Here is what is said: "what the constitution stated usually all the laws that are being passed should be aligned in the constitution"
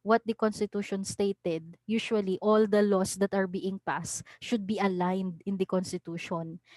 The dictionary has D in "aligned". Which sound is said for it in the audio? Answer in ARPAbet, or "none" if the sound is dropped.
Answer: D